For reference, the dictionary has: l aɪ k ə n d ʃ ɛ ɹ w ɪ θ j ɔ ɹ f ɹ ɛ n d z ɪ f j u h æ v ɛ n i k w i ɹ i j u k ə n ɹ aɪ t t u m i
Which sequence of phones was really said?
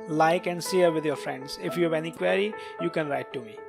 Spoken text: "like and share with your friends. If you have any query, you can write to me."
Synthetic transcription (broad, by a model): l aɪ k ə n d s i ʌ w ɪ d j ɔ ɹ f ɹ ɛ n d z ɪ f j u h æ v ɛ n i k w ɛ ɹ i j u k ə n ɹ aɪ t t u m i